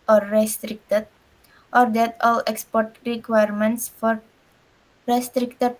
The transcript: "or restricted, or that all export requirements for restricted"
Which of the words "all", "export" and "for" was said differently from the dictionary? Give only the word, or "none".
none